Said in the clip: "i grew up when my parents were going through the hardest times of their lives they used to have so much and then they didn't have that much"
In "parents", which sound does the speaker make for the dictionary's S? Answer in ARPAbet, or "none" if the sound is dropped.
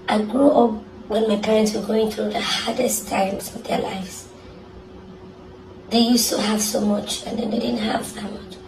S